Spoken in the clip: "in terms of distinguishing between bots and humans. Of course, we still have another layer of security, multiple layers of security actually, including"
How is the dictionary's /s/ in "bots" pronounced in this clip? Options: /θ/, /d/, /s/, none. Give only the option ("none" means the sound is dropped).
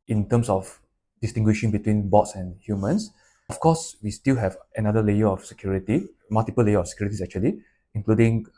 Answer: /s/